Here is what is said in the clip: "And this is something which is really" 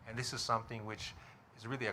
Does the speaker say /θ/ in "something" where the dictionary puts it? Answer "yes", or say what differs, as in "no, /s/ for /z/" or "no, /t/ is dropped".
yes